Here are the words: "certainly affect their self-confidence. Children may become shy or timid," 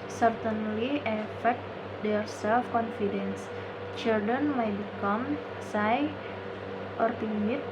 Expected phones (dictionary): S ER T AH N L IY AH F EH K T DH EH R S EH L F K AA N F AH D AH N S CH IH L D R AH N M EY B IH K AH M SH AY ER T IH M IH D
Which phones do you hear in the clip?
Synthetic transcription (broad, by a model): S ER T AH N L IY AH F EH K T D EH R S EH L F K AA N F AH D AH N S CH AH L D AH N M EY B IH K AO M S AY ER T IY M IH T